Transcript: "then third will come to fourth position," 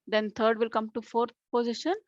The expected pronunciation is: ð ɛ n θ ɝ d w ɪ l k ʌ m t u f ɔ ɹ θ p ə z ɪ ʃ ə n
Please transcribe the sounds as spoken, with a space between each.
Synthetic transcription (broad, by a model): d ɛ n t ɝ d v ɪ l k ʌ m t u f ɔ ɹ t p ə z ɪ ʃ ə n